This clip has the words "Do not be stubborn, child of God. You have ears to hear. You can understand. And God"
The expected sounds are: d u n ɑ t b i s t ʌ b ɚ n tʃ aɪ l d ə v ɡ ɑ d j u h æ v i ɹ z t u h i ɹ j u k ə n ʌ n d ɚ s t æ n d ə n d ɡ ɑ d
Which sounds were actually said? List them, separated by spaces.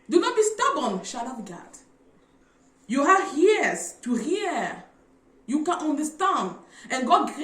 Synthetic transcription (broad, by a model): d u n ɑ t b i s t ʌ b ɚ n ʃ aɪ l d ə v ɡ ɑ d j u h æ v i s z t u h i j u k ə n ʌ n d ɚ s t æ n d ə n ɡ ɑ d